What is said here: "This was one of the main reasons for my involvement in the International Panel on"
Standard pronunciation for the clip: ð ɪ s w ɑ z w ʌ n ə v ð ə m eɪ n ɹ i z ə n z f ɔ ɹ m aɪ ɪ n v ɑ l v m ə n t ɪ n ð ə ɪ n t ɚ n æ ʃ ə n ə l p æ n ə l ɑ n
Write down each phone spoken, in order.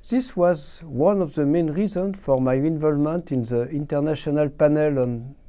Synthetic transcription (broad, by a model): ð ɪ s w ɑ z w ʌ n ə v ð ə m eɪ n ɹ i z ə n f ɔ ɹ m aɪ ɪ n v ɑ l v m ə n t ɪ n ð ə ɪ n t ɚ n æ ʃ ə n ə l p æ n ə l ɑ n